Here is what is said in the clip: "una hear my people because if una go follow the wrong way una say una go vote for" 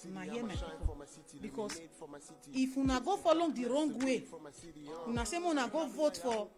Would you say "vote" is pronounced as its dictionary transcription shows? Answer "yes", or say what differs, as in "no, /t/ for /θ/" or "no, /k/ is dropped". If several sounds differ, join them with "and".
yes